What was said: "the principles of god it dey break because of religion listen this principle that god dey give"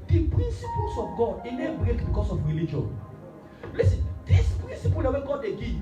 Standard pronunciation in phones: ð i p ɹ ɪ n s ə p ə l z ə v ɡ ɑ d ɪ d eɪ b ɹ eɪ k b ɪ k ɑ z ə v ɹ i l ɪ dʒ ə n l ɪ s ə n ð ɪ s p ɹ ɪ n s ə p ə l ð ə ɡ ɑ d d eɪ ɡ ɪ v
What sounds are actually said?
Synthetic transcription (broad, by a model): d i p ɹ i n s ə p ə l s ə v ɡ ɑ d ɪ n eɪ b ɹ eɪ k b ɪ k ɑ s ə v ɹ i l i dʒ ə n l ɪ s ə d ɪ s p ɹ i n s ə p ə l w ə ɡ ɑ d d eɪ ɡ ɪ